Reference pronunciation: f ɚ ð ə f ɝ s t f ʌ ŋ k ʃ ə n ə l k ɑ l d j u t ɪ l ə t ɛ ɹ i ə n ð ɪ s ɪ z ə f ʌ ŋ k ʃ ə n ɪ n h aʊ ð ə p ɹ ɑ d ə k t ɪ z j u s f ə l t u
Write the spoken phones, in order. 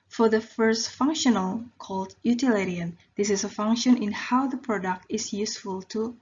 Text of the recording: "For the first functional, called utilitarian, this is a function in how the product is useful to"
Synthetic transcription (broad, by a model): f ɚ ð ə f ɝ s t f ʌ ŋ k ʃ ə n ə l k ɑ l d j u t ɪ l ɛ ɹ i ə n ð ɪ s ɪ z ə f ʌ ŋ k ʃ ə n ɪ n h aʊ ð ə p ɹ ɑ d ə k t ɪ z j u s f ə l t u